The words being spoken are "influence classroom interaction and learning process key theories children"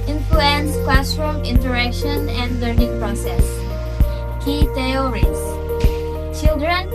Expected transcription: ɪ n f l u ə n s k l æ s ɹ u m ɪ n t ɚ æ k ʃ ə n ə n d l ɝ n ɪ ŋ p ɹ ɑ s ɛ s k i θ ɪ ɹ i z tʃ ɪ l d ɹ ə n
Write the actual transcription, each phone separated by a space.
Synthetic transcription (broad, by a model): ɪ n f l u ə n s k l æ s ɹ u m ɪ n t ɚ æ k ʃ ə n ə n d l ɝ n ɪ ŋ p ɹ ɑ s ɛ s k i t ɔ ɹ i s tʃ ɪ l d ɹ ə n